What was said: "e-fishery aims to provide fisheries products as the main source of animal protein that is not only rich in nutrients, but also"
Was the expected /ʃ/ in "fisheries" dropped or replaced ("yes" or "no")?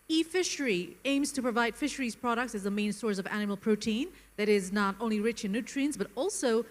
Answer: no